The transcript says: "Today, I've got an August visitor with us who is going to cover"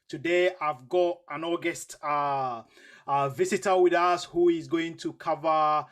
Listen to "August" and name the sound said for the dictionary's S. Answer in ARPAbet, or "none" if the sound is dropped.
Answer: S